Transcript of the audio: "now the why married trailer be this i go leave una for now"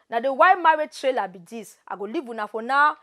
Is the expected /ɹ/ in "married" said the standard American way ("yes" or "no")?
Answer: no